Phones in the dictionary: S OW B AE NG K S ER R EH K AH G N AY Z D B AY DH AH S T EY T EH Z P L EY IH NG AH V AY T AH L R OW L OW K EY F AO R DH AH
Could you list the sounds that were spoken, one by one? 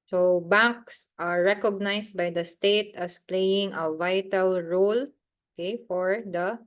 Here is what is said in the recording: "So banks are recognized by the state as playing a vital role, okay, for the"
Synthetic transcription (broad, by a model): S OW B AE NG K S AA R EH K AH G N AY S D B AY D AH S T EY T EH S P L EY IH NG AH V AY T AH L R OW L OW K EY F AO R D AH